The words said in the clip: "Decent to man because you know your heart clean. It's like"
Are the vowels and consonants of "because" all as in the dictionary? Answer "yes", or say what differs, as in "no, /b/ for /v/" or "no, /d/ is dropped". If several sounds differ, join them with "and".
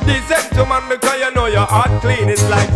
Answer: no, /z/ is dropped